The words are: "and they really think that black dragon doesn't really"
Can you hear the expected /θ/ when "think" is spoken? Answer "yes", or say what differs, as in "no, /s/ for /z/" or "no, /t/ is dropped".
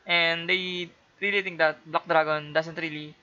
no, /t/ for /θ/